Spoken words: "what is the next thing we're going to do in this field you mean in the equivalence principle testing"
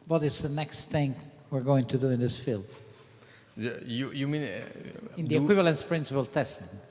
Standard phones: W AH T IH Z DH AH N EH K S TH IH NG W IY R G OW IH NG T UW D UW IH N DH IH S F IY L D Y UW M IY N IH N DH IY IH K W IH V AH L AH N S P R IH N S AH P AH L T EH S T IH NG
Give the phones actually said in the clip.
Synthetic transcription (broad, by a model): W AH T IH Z DH AH N EH K S TH IH NG W IY R G OW IH NG T UW D UW IH N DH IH S F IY L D Y UW M IY N IH N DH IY IH K W IH V AH L AH N S P R IH N S AH P AH L T EH S T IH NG